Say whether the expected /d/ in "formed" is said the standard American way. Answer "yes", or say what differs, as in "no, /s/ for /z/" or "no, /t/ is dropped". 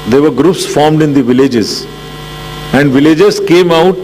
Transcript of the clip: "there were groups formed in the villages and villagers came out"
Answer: yes